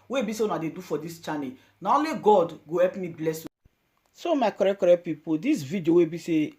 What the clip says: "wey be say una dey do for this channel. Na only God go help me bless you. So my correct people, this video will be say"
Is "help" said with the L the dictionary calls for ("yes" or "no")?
no